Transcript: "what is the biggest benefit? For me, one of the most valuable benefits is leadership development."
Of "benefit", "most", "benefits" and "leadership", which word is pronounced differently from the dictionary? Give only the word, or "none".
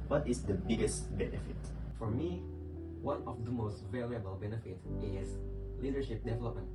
benefits